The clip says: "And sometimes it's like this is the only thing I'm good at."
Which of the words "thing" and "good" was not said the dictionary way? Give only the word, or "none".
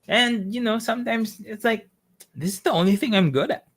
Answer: none